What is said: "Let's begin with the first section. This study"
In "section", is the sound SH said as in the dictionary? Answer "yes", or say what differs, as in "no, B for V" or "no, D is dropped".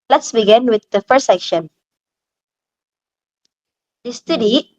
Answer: yes